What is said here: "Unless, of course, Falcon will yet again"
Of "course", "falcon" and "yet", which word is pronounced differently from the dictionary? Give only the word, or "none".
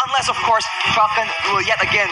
falcon